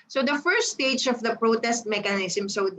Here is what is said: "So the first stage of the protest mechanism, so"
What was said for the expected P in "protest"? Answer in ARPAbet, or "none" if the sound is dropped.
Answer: P